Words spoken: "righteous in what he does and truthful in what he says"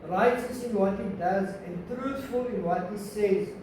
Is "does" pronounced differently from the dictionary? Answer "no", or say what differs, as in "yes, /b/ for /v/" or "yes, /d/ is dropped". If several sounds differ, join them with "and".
no